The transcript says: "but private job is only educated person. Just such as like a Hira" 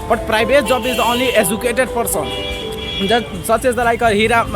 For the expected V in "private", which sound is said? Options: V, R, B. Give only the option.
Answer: B